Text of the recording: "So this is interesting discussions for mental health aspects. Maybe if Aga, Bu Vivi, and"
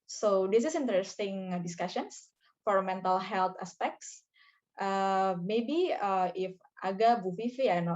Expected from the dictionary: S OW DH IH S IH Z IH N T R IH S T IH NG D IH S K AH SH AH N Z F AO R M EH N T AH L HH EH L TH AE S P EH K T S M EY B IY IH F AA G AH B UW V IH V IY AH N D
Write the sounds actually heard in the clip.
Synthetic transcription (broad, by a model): S OW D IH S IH S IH N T R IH S T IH NG D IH S K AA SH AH N S F AO R M EH N T AH L HH EH L T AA S P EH K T S M EY B IY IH F AA G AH B UW F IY F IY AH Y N